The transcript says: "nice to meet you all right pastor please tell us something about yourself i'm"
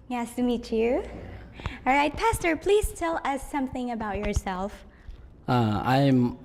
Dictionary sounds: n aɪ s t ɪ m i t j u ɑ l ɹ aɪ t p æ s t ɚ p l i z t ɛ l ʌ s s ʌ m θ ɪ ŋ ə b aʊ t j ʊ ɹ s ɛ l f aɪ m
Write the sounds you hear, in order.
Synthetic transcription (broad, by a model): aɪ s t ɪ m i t j u ɑ l ɹ aɪ t p æ s t ɚ p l i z t ɛ l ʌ s s ʌ m θ ɪ ŋ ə b aʊ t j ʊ ɹ s ɛ l f aɪ m